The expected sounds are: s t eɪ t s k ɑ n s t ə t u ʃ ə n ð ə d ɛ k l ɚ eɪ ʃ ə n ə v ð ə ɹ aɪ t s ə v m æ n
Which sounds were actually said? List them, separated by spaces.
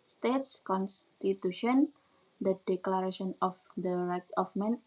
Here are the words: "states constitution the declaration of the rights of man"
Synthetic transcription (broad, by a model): s t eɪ t s k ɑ n s t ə t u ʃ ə n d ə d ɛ k l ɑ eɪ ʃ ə n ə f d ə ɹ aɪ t ə f m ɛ n